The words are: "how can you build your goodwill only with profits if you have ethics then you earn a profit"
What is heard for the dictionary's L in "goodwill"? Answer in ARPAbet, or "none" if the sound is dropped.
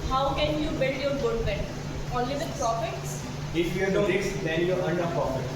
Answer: N